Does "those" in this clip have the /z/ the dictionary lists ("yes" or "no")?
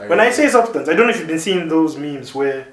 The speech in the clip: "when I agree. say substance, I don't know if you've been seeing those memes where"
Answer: yes